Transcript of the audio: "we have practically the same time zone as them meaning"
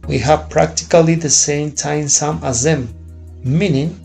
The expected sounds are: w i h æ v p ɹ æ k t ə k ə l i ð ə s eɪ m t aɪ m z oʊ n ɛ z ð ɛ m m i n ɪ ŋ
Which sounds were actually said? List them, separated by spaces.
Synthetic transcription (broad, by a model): w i h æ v p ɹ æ k t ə k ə l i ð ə s eɪ m t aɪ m s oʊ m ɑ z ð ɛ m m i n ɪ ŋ